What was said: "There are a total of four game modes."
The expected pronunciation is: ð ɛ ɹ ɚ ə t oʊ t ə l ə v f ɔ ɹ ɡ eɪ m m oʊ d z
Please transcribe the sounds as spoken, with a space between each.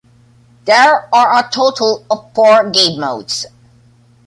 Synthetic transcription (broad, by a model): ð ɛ ɹ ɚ ə t oʊ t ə l ə v p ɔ ɹ ɡ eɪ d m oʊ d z